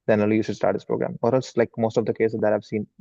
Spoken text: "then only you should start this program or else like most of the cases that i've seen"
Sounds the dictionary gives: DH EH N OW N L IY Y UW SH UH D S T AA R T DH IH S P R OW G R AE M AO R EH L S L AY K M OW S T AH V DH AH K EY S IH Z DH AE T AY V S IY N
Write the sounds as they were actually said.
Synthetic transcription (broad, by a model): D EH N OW L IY Y UW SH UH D S T AA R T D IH S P R OW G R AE M AO R EH L S L AY K M OW S T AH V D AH K EY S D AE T AY V S IY N